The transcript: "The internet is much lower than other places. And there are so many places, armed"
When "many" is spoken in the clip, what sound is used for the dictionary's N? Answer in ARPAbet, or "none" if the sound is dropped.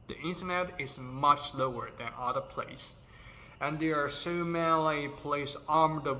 L